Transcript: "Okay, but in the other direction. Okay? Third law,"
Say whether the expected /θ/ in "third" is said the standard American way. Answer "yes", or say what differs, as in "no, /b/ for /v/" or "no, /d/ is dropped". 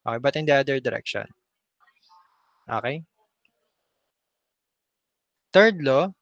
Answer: no, /t/ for /θ/